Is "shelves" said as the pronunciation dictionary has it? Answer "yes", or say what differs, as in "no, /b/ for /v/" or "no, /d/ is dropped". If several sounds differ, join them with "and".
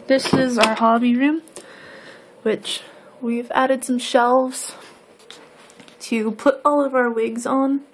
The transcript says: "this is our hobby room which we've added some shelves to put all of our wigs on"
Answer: yes